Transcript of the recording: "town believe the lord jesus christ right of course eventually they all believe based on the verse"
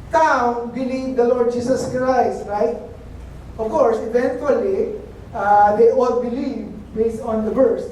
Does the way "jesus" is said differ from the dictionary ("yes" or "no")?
yes